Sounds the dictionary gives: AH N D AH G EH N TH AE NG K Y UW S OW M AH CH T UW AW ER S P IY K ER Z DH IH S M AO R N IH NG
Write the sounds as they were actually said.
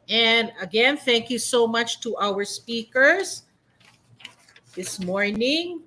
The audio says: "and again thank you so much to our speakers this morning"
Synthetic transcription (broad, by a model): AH N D AH G EH N TH AE NG K Y UW S OW M AH CH T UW AW ER S P IY K ER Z DH IH S M AO R N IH NG